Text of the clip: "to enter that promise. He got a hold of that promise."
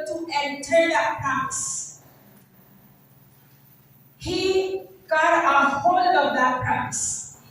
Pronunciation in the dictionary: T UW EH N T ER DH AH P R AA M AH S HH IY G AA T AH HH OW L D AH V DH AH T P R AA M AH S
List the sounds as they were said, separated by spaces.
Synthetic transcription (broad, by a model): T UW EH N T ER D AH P AA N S HH IY G AA T AH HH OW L AH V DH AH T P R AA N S